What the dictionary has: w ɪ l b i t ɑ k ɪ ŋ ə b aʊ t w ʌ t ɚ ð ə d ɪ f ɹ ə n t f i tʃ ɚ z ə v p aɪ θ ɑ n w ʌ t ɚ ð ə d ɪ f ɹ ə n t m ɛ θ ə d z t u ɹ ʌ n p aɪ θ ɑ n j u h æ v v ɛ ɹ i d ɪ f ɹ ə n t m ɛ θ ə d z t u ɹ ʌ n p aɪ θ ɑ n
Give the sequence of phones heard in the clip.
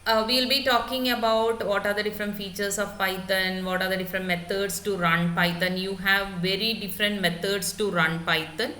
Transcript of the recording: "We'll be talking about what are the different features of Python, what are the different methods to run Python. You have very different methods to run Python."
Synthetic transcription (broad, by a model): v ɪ l b i t ɑ k ɪ ŋ ə b aʊ t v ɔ t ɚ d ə d ɪ f ɹ ə n t f i tʃ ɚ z ə v p aɪ t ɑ n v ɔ t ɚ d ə d ɪ f ɹ ə n t m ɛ t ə d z t u ɹ ʌ n p aɪ t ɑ n j u h æ v v ɛ ɹ i d ɪ f ɹ ə n t m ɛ t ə d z t u ɹ ʌ n p aɪ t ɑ n